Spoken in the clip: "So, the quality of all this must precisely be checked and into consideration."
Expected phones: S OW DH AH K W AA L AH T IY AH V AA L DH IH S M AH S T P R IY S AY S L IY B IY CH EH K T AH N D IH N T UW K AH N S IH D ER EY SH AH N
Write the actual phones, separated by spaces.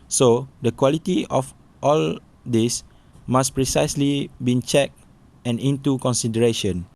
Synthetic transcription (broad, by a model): S OW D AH K W AA L AH T IY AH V AA L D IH S M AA S P R IY S AY S L IY B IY CH EH K AH N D IH N T UW K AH N S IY D ER EY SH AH N